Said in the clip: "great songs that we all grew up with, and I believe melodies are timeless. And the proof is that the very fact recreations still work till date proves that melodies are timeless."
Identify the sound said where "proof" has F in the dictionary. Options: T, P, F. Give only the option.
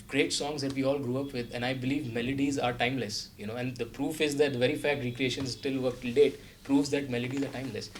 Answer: F